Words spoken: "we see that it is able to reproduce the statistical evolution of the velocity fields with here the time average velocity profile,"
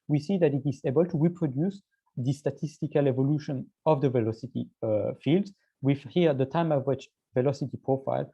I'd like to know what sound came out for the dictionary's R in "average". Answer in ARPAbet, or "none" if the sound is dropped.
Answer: W